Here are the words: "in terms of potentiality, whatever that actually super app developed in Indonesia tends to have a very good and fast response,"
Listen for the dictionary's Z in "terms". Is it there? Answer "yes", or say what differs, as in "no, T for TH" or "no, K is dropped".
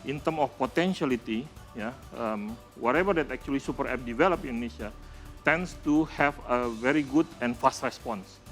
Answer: no, Z is dropped